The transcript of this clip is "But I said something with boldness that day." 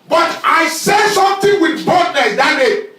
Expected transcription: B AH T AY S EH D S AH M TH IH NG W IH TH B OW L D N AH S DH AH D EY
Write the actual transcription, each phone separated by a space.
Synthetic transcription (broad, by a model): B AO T AY S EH S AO M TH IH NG W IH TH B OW D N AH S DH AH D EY